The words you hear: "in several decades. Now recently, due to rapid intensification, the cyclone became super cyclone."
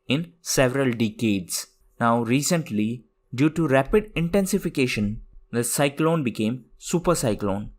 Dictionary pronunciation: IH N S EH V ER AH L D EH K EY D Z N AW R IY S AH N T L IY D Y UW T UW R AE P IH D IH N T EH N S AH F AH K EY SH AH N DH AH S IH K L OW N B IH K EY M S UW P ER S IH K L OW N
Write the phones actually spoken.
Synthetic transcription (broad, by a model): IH N S EH V ER AH L D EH K EY D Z N AW R IY S AH N T L IY D Y UW T UW R AE P IH D IH N T EH N S AH F AH K EY SH AH N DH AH S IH K L OW N B IH K EY M S UW P ER S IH K L OW N